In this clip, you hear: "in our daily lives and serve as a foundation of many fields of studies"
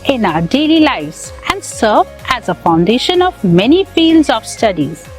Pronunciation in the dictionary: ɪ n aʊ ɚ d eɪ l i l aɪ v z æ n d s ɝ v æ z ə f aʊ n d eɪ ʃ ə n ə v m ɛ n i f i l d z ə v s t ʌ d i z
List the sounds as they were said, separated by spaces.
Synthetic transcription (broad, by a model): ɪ n aʊ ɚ d eɪ l i l aɪ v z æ n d s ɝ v æ z ə f aʊ n d eɪ ʃ ə n ə v m ɛ n i f i l d z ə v s t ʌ d i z